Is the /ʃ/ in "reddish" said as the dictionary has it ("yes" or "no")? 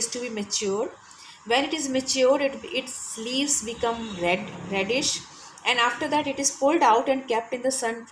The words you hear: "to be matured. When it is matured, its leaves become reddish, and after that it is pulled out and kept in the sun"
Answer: yes